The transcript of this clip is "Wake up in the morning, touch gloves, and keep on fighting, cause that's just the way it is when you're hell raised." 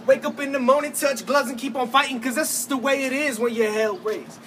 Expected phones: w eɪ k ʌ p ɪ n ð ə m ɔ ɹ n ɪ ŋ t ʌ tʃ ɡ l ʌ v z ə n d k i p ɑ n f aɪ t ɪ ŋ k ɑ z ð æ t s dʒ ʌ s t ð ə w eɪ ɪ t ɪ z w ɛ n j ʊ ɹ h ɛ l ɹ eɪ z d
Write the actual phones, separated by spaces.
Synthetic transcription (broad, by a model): w eɪ k ʌ p ɪ n ð ə m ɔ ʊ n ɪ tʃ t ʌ tʃ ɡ l ʌ z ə n k i p n f aɪ t ɪ ŋ k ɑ z ð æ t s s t ð ə w eɪ ɪ t ɪ z w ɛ n j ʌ ɹ h ɛ l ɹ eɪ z